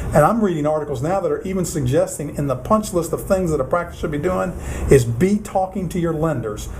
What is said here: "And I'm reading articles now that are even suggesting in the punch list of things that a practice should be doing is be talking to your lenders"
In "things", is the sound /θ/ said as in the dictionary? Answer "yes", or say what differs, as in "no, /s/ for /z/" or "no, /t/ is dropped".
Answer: yes